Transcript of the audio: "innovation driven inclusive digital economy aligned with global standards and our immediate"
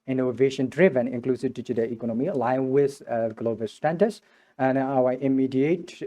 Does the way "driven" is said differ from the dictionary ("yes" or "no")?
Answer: no